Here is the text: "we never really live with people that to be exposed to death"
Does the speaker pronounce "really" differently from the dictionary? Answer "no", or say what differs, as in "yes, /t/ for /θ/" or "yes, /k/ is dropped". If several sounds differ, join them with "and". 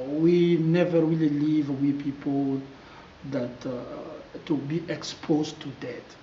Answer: yes, /w/ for /ɹ/